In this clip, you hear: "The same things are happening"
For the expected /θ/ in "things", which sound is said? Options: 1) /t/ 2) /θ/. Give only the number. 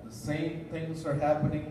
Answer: 2